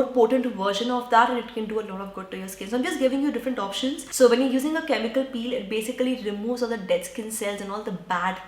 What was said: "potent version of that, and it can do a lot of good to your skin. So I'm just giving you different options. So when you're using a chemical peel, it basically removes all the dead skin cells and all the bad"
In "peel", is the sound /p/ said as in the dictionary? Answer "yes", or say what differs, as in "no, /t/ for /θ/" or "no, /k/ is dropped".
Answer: yes